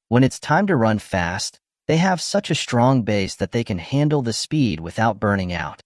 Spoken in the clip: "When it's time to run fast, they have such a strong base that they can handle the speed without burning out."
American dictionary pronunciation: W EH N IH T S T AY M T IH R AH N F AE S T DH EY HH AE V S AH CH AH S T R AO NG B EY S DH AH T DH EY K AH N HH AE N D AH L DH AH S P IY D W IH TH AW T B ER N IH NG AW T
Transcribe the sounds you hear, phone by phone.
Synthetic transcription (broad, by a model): W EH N IH T S T AY M T IH R AH N F AE S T DH EY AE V S AH CH AH S T R AO NG B EY S DH AH T DH EY K AH N HH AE N D L DH AH S P IY D W IH TH AW T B ER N IH NG AW T